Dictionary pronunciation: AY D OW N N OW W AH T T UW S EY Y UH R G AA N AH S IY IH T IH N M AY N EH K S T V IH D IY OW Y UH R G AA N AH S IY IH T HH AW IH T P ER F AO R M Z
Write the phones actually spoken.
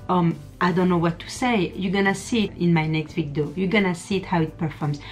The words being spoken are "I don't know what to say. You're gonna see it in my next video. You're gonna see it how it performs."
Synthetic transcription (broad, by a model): AY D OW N N OW W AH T T UW S EY Y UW G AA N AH S IY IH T IH N M AY N EH K S T W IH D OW Y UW G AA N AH S IY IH T HH AW IH T P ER F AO R M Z